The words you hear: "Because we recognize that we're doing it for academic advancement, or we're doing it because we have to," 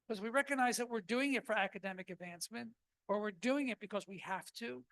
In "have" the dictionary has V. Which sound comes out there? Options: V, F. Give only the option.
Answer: F